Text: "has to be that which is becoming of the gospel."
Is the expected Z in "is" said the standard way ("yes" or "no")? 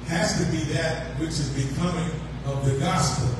yes